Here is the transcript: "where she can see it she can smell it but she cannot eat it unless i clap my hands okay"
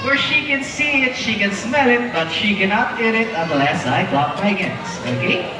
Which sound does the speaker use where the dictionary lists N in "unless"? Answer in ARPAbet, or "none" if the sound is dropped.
none